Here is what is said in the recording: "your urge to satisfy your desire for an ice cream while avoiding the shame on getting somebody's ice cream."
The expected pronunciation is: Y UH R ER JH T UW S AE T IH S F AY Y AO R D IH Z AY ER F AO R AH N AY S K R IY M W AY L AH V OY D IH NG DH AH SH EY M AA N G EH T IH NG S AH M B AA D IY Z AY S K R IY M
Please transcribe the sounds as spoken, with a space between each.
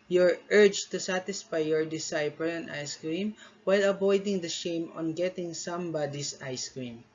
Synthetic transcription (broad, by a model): Y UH R ER JH T UW S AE T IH S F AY Y AO R D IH S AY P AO L AH N AY S K R IY M W AY L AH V OY D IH NG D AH SH EY M AA N G EH T IH NG S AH M B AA D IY S AY S K R IY M